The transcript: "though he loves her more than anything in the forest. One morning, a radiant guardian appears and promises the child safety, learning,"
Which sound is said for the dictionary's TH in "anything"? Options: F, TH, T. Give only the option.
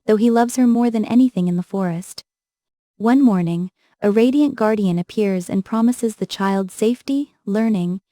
TH